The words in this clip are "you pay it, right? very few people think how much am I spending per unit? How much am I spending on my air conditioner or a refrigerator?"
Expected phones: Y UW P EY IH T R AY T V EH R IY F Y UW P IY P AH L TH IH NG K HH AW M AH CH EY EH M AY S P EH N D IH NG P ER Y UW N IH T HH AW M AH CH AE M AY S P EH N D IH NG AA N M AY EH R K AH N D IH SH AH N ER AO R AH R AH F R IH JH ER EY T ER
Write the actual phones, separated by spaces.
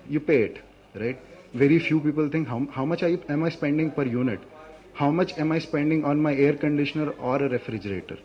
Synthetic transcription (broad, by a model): Y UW P EY IH T R AY T V EH R IY F Y UW P IY P AH L T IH NG K HH AW M AH CH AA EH M AY S P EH N D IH NG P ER Y UW N IH T HH AW M AH CH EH M AY S P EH N D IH NG AA N M AY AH R K AH N D IH SH AH N ER AO R AH R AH F R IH JH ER EY T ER